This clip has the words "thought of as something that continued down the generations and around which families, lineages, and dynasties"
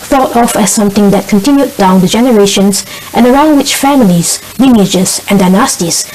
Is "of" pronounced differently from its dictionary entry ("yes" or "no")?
yes